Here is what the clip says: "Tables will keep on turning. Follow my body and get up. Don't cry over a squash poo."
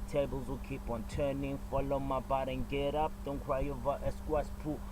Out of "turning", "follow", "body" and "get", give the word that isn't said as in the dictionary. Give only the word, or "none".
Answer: none